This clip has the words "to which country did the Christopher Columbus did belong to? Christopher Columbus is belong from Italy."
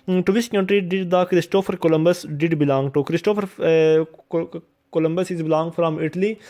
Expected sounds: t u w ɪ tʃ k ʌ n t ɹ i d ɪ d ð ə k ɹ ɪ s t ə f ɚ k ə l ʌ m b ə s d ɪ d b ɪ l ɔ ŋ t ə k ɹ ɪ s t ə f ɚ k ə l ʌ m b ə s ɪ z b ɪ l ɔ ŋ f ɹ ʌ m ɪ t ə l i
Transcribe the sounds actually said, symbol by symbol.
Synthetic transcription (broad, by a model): t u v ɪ s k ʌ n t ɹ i d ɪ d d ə k ɹ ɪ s t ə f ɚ k ə l ʌ m b ə s d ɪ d b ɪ l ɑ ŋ t ə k ɹ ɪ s t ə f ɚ k ə l ʌ m b ə s ɪ z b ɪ l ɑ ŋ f ɹ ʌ m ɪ t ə l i